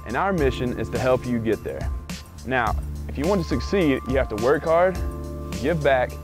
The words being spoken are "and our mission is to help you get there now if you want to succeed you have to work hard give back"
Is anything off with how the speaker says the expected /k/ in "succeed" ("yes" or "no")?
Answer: no